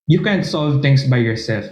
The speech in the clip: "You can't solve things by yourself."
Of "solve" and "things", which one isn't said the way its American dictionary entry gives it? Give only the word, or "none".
things